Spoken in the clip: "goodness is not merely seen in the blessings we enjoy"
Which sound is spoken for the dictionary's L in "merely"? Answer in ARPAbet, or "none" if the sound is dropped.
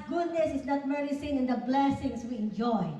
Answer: none